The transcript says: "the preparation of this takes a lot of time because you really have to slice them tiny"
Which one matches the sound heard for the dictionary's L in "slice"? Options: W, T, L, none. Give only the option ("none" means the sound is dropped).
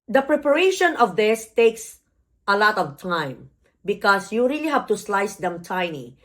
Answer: L